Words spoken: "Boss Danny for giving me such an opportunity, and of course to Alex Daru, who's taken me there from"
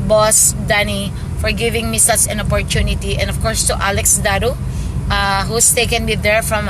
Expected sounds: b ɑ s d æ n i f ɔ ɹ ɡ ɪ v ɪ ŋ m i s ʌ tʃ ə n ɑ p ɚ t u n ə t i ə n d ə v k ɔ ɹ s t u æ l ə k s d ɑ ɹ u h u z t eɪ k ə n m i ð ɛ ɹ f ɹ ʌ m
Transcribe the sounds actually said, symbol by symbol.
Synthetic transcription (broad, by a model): b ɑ s d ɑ n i f ɔ ɹ ɡ ɪ v ɪ ŋ m i s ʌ s ə n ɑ p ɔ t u n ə t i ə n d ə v k ɔ ɹ s t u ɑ l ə k s d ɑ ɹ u h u s t eɪ k ə n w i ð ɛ ɹ f ɹ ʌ m